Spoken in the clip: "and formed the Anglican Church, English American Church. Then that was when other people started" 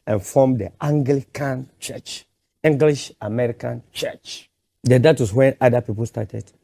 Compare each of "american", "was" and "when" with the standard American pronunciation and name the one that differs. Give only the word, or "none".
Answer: was